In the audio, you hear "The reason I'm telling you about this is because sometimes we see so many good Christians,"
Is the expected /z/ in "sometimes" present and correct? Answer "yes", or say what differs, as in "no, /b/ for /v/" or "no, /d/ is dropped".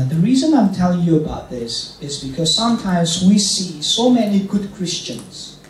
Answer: yes